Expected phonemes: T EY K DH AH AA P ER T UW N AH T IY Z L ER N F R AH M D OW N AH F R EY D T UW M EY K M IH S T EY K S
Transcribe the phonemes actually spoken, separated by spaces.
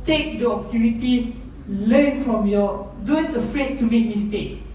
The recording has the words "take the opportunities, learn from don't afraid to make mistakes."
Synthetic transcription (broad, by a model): T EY K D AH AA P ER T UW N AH T IY S L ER N F R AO M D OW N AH F R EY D T UW M EY K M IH S T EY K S